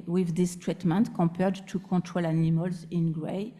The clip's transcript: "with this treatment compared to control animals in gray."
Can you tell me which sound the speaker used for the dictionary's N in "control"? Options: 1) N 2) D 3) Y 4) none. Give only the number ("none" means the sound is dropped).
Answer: 4